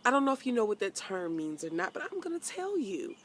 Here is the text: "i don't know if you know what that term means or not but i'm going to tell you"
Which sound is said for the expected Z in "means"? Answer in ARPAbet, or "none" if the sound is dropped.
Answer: Z